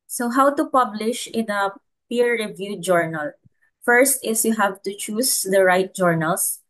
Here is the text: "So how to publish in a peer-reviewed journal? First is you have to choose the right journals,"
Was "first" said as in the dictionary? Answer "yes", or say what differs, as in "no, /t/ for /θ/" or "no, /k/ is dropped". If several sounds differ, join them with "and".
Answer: yes